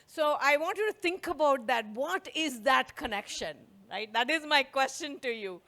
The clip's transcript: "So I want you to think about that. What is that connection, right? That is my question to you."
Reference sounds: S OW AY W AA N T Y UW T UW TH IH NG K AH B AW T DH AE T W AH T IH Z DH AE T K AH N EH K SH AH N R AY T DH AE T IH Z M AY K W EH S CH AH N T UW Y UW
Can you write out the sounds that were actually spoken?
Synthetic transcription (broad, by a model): S OW AY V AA N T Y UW T UW T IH NG K AH B AW T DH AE T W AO T IH Z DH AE T K AH N EH K SH AH N R AY T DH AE T IH Z M AY K W EH S CH AH N T UW Y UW